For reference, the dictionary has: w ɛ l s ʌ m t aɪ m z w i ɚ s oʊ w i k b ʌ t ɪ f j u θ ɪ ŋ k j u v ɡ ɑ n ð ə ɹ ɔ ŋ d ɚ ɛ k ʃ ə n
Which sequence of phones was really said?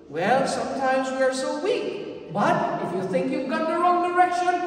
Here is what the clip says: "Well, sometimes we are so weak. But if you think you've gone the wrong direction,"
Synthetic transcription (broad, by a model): w ɛ l s ʌ m t aɪ m z w i ɚ s oʊ w i k b ʌ t ɪ f j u θ ɪ ŋ k j u v ɡ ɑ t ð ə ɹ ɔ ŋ d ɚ ɛ k ʃ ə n